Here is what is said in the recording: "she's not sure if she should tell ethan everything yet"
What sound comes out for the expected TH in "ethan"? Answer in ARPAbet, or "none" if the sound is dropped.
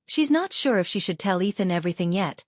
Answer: TH